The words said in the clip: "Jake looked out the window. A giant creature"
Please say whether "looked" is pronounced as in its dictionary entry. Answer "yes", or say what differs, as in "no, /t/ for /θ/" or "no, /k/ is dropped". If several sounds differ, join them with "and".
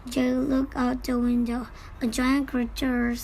no, /t/ is dropped